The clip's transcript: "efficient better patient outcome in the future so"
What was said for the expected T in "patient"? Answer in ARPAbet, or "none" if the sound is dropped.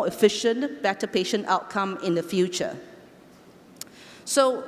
T